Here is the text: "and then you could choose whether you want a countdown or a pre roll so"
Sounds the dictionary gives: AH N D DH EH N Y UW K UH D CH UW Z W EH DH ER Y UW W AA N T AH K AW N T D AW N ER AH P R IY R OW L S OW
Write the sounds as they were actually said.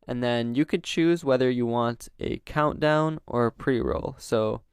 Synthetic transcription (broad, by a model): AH N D DH EH N Y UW K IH D CH UW Z W EH DH ER Y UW W AA N T AH K AW N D AW N ER AH P R IY R OW L S OW